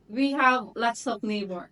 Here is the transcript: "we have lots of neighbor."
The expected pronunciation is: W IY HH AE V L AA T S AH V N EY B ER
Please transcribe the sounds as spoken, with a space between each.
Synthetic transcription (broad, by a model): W IY HH AE V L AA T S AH P N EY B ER